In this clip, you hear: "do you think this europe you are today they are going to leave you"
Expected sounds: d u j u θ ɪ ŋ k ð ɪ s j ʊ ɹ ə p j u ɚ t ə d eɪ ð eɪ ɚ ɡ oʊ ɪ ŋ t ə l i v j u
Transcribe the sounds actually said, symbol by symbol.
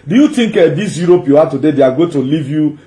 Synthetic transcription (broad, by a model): d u j u t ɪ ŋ k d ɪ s j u ɹ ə p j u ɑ t ə d eɪ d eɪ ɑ ɡ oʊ t ə l i v j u